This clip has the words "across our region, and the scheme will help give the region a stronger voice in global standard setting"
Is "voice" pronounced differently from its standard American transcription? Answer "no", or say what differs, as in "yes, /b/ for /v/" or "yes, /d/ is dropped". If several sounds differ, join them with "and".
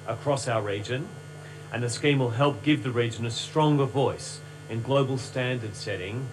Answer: no